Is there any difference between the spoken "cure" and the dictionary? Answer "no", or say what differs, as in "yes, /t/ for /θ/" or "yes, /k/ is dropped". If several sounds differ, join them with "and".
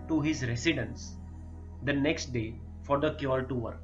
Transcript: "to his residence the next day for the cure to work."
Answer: yes, /l/ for /ɹ/